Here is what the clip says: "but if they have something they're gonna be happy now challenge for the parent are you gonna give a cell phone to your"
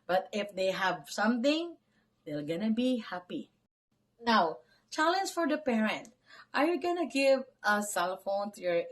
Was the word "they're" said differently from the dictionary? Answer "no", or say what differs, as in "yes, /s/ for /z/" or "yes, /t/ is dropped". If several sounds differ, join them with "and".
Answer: yes, /l/ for /ɹ/